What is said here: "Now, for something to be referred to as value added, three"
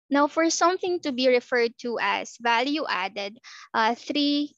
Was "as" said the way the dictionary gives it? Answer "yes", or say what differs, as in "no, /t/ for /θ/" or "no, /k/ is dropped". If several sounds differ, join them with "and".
no, /s/ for /z/